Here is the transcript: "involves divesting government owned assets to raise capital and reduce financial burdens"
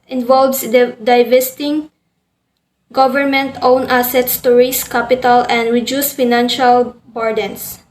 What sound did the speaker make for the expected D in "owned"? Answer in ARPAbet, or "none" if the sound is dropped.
none